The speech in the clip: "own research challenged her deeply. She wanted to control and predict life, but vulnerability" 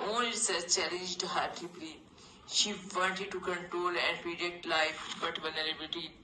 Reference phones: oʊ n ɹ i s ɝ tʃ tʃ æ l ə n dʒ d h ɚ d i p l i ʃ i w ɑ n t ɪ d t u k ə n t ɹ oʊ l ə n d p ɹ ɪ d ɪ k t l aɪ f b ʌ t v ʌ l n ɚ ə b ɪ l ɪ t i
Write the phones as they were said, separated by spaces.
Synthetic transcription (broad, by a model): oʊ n l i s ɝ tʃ tʃ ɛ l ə n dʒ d h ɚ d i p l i ʃ i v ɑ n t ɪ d t u k ə n t ɹ oʊ l ə n d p ɹ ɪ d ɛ k t l aɪ f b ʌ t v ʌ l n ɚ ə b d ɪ t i